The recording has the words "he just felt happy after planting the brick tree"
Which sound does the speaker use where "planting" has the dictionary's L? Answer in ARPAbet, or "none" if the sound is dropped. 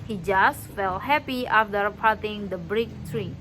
none